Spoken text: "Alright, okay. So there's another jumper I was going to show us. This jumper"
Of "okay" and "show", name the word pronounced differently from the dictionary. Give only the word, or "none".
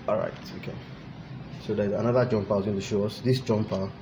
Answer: none